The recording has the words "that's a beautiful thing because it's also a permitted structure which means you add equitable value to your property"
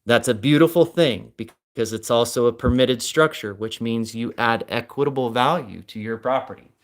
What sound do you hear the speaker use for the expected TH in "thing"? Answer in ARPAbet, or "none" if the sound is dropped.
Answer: TH